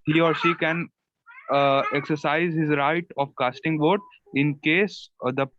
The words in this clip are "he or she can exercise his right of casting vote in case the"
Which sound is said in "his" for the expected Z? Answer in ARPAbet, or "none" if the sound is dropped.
Z